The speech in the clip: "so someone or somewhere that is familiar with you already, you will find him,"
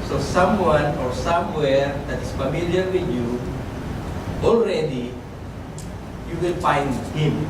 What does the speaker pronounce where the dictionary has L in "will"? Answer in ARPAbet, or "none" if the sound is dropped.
N